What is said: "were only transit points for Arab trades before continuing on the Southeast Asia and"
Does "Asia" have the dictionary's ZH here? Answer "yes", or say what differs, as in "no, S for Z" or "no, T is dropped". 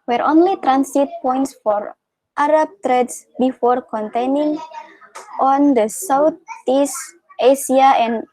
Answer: no, S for ZH